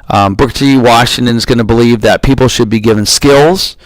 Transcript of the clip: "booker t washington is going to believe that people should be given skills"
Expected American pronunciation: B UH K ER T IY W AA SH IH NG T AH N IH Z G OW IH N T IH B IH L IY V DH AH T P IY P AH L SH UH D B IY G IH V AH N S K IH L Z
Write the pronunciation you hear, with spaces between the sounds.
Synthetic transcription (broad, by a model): B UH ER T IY W AA SH IH NG T AH N IH Z G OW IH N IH B IH L IY V DH AH T P IY P L SH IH D B IY G IH V AH N S K IH L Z